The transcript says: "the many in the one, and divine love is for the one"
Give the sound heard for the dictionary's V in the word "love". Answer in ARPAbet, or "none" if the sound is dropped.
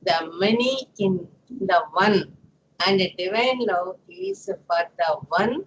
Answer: none